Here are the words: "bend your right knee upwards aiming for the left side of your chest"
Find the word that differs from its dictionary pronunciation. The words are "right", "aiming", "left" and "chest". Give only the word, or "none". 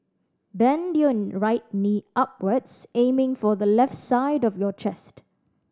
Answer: none